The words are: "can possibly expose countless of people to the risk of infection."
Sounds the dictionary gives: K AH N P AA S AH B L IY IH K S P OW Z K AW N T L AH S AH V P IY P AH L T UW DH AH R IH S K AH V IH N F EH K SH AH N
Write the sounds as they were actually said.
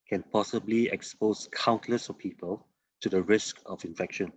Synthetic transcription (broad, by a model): K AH N P AA S AH B L IY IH K S P OW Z K AW N T L AH S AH P IY P AH L T UW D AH R IH S K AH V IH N F EH K SH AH N